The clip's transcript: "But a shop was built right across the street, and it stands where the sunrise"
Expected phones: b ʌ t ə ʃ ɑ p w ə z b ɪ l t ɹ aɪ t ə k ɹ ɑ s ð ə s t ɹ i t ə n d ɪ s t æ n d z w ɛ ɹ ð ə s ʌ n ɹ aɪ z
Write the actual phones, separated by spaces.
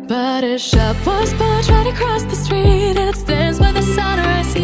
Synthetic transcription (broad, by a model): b ʌ t ə ʃ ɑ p w ə z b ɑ t ɹ aɪ t ə k ɹ ɑ s ð ə s t ɹ i t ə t s t æ n d z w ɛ ð ə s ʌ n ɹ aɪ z